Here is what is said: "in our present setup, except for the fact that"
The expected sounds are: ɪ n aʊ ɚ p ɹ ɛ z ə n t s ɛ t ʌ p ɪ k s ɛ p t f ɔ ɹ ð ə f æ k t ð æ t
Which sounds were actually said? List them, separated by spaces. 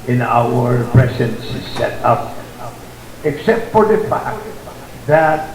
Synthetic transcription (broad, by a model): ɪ n aʊ ɚ p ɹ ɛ s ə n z s ɛ t ʌ p ɪ k s ɛ p t f ɔ ɹ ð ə f æ k t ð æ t